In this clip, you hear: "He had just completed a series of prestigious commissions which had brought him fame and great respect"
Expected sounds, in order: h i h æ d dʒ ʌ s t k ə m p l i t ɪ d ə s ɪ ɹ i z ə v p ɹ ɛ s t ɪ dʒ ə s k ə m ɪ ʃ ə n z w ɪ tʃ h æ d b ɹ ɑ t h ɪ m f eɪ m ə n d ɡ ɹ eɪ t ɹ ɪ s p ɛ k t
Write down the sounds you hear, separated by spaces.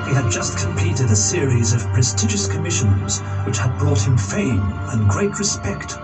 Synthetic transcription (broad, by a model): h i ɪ d dʒ ʌ s t k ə m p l i t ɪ d ə s ɪ ɹ i z ə v p ɹ ɛ s t ɪ dʒ ə s k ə m ɪ ʃ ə n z w ɪ tʃ h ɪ d b ɹ ɑ t h ɪ m f eɪ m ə n ɡ ɹ eɪ t ɹ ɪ s p ɛ k t